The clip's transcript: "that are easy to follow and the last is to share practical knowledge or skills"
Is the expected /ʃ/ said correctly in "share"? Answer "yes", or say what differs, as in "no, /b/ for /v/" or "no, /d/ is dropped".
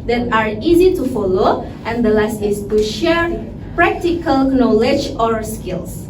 yes